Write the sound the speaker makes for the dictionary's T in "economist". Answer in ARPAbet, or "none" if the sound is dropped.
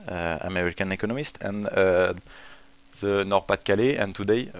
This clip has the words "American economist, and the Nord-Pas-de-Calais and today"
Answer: T